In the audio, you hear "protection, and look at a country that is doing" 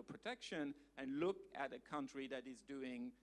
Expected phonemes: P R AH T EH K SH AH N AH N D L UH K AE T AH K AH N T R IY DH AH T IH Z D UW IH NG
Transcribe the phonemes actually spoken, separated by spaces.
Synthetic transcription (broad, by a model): P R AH T EH K SH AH N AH N L UH K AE T AH K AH N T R IY DH AH T IH Z D UW IH NG